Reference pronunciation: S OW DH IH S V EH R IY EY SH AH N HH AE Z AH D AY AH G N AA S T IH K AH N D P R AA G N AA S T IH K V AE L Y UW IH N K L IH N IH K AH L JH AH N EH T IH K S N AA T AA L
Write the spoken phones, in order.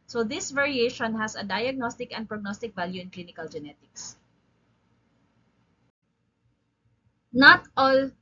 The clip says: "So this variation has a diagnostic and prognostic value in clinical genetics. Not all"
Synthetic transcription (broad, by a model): S OW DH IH S V EH R IY EY SH AH N HH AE S AH D AY AH G N AA S T IH K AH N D P R AA G N AA S T IH K V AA L Y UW IH N K L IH N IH K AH L JH AH N EH T IH K S N AA T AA L